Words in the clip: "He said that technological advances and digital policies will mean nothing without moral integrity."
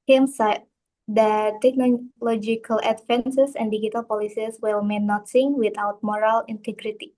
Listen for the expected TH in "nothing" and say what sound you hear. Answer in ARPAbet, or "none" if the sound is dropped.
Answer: S